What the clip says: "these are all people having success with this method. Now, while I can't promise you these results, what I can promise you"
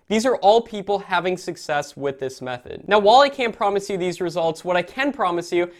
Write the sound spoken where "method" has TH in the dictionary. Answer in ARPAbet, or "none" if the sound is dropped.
TH